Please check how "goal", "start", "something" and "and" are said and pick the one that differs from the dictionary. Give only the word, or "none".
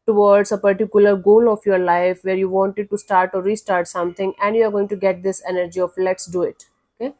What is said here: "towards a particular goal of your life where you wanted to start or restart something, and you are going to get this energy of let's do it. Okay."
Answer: something